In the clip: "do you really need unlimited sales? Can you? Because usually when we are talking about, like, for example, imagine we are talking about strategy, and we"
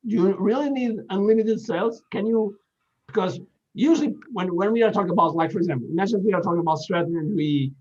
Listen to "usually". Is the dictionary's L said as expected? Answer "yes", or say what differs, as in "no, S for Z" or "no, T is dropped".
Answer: no, W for L